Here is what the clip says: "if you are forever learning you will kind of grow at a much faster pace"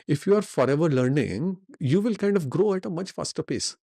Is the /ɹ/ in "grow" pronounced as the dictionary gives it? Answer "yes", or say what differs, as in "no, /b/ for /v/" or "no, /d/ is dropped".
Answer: yes